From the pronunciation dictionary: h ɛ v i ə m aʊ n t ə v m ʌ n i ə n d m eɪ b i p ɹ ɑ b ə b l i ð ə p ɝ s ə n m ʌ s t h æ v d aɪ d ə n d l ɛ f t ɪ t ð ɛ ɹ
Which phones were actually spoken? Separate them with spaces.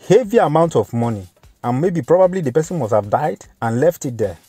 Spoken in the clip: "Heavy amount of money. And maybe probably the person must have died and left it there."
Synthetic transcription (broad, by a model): h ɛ v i ə m aʊ n t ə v m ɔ n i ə n m eɪ b i p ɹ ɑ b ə b l i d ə p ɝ s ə n m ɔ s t h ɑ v d aɪ d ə n l ɛ f t ɪ t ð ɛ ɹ